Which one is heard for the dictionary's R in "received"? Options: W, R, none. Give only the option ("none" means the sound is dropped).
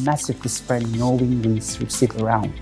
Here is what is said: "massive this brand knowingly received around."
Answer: W